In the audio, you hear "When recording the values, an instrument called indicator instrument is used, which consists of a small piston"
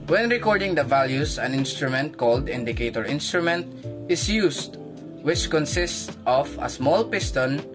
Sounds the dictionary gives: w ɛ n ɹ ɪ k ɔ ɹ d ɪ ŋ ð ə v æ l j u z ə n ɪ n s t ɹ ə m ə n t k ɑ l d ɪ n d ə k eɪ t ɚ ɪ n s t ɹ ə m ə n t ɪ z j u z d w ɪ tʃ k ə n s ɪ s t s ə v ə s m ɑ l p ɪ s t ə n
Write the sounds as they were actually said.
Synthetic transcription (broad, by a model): w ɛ n ɹ ɪ k ɔ ɹ d ɪ ŋ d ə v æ l j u s ə n ɪ n s t ɹ ə m ə n t k ɑ l d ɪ n d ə k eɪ t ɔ ɪ n s t ɹ ə m ə n t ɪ s j u s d w ɪ tʃ k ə n s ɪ s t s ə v ə s m ɑ l p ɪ s t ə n